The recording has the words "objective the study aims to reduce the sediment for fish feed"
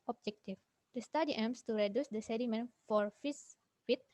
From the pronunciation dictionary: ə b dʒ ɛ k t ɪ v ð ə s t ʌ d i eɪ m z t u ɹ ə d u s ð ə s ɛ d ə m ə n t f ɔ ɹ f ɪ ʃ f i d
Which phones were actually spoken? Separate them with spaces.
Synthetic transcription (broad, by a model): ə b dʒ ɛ k t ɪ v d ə s t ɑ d i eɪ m s t u ɹ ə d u s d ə s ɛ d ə m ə n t f ɔ ɹ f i s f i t